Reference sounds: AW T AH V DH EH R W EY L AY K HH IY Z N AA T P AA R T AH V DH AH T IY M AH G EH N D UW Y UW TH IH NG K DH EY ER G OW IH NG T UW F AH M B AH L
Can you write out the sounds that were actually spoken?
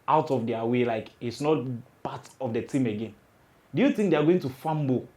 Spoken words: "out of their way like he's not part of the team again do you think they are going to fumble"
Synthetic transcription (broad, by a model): AW T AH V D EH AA W EY L AY K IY S N AA T P AA T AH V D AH T IY M AH G EH N D UW Y UW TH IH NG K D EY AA G OW IH NG T UW F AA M B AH